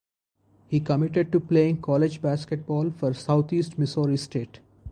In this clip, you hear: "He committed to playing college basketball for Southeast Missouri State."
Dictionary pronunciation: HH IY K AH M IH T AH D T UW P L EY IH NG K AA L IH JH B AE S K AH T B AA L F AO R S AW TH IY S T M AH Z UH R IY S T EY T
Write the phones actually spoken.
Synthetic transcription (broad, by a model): HH IY K AH M IH T AH D T UW P L EY IH NG K AA L IH JH B AE S K AH T B AA L F AO R S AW T IY S T M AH S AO R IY S T EY T